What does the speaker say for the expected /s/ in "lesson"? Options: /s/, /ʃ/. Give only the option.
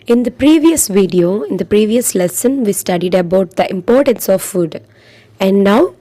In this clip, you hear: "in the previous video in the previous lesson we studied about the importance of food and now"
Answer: /s/